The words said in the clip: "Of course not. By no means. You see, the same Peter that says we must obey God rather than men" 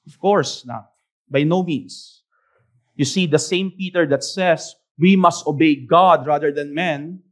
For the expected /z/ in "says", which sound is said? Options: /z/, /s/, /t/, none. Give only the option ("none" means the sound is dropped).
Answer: /s/